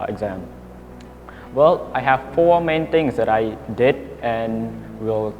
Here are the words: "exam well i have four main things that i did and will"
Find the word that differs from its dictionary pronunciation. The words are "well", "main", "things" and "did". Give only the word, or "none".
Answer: things